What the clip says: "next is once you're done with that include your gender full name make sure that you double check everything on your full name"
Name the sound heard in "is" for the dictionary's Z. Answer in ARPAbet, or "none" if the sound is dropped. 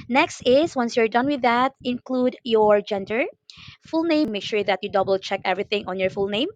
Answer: S